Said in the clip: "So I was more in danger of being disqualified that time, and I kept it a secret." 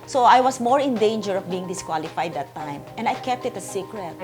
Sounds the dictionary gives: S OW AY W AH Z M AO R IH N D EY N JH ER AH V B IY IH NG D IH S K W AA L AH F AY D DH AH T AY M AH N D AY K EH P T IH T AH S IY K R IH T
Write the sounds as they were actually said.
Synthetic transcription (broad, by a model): S OW AY W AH S M AO R IH N D EY N JH ER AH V B IY IH NG D IH S K W AA L AH F AY D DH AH T AY M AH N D AY K EH P T IH T AH S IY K R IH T